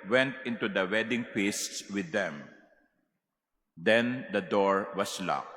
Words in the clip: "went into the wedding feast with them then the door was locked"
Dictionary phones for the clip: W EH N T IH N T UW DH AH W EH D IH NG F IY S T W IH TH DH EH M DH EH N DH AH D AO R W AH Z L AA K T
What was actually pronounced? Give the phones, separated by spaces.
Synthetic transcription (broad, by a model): W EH N T IH N T UW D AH W EH D IH NG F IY S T W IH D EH M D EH N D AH D AO R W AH S L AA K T